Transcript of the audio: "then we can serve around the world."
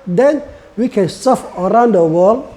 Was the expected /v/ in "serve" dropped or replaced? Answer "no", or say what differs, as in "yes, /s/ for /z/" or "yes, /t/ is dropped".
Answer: yes, /f/ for /v/